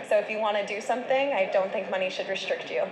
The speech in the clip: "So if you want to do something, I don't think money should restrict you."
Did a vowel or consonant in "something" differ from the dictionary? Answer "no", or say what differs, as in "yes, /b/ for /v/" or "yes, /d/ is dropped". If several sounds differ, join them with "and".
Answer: no